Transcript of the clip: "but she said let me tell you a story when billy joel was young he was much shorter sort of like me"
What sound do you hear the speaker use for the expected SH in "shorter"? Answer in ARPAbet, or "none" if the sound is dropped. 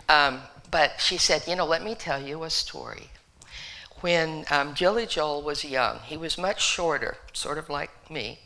SH